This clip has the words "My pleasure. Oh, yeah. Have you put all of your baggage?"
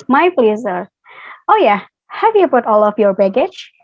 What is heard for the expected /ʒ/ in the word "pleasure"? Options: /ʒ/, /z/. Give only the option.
/z/